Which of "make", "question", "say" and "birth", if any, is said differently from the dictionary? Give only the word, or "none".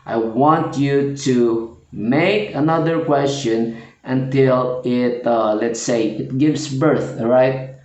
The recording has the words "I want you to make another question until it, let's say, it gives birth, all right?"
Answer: none